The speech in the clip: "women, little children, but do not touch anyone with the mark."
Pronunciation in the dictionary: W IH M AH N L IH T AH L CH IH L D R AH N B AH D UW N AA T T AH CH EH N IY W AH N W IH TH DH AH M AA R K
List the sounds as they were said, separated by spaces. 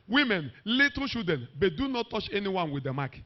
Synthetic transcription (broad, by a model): W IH M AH N L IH T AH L SH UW D AH N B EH D UW N AA T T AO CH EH N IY W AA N W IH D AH M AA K